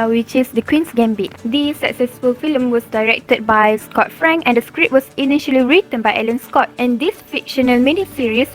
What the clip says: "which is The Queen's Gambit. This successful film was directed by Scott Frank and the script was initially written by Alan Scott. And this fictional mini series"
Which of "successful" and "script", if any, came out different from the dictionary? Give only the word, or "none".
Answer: script